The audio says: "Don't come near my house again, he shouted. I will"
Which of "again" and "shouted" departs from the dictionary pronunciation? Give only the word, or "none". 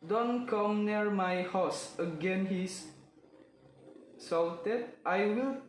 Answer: shouted